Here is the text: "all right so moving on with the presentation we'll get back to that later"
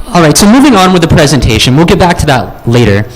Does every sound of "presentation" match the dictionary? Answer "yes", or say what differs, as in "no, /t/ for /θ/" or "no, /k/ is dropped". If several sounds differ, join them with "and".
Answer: yes